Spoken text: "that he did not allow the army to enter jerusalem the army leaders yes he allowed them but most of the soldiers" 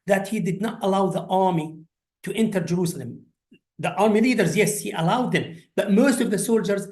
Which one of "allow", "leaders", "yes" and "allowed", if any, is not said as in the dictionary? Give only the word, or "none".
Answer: none